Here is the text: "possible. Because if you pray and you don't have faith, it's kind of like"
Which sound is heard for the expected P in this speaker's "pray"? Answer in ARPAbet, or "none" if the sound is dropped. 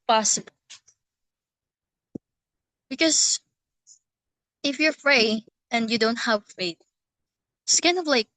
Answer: F